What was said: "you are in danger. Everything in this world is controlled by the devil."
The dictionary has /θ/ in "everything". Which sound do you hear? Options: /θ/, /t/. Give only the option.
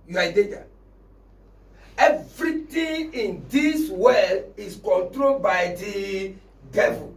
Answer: /t/